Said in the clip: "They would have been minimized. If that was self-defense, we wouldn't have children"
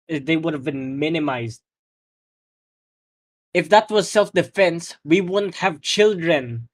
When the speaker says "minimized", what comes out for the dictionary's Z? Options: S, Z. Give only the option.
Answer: Z